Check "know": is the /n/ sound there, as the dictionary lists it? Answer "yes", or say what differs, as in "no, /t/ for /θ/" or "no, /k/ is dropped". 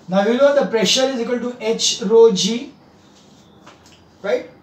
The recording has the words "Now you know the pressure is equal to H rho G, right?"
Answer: no, /l/ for /n/